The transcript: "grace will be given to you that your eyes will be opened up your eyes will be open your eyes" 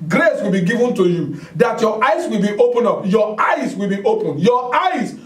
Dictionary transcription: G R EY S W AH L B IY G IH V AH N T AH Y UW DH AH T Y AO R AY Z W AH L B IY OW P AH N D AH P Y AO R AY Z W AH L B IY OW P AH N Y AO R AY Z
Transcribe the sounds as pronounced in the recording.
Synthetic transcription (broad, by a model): G R EY S W AH L B IY G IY V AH N T AH Y UW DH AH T Y AO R AY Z W AH L B IY OW P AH N AH P Y AO AY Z W AH L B IY OW P AH N Y AO AY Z